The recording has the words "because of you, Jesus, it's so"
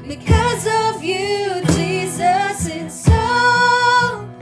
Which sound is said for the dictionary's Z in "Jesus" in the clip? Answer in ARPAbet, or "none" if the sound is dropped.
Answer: Z